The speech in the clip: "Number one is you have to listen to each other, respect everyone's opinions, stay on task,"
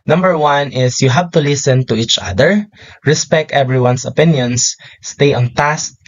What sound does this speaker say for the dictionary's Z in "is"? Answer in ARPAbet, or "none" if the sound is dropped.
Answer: S